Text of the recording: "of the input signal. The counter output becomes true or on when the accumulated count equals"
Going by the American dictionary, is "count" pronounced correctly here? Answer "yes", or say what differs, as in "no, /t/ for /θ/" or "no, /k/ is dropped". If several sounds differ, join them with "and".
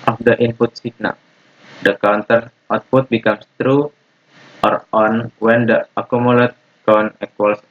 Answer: no, /t/ is dropped